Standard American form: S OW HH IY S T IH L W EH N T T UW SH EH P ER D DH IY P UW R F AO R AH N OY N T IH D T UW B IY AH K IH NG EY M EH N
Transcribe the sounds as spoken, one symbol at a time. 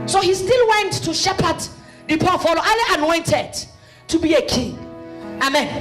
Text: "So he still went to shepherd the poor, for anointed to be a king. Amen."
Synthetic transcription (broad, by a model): S OW HH IY S T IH L W EH N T T UW SH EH P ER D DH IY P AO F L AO L AH N OY N T IH D T UW B IY AH K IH NG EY M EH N